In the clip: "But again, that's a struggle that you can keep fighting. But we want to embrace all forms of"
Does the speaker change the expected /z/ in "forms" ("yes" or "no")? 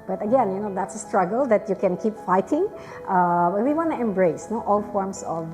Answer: yes